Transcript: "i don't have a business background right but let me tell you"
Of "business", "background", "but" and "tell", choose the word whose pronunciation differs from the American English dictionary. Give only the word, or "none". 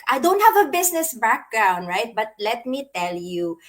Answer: business